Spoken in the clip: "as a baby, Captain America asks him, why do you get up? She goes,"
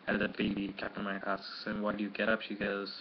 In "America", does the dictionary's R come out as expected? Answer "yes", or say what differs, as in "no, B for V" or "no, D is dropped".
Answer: no, R is dropped